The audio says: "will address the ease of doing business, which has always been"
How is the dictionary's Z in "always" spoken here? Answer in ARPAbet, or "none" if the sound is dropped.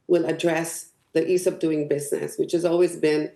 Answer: Z